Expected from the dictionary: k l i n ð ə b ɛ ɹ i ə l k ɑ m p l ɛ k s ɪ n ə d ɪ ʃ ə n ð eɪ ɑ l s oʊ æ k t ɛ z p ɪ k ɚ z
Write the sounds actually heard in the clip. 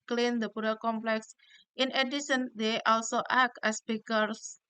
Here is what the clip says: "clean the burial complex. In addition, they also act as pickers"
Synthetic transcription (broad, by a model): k l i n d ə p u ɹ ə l k ɑ m p l ɛ k s ɪ n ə d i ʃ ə n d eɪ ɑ l s oʊ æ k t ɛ s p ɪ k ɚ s